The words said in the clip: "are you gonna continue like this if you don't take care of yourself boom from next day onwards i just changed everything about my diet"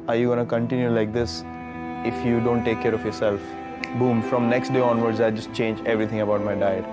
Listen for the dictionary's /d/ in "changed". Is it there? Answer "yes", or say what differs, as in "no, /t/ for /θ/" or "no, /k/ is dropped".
no, /d/ is dropped